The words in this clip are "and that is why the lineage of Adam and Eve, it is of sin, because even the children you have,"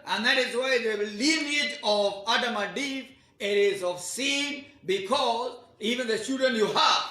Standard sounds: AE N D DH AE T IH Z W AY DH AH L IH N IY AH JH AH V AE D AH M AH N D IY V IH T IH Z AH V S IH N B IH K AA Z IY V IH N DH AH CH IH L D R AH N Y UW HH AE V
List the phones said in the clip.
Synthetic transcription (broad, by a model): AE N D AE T IH Z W AY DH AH L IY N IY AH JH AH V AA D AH M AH D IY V IH T IH Z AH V S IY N B IH K AA Z IY V IH N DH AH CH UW D AH N Y UW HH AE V